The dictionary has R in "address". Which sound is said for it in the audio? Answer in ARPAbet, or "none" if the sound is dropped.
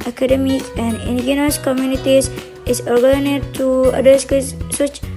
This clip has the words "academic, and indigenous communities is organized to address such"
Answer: none